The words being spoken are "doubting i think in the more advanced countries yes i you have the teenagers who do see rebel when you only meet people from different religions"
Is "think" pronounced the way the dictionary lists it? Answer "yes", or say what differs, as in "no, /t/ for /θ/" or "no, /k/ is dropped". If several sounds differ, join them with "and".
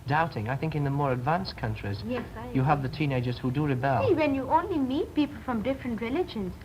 yes